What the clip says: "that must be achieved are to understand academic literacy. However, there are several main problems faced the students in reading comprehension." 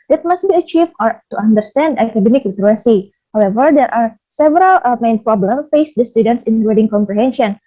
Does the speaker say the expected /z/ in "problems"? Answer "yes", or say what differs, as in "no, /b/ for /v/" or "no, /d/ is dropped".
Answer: no, /z/ is dropped